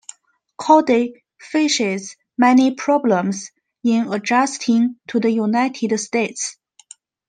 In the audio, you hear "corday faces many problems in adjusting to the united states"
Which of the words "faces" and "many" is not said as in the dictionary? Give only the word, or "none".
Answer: faces